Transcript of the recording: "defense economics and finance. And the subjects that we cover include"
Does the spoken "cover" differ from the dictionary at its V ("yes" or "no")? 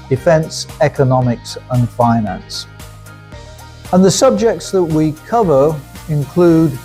no